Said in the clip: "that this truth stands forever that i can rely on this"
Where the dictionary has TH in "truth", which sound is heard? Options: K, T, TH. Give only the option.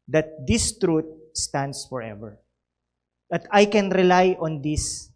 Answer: T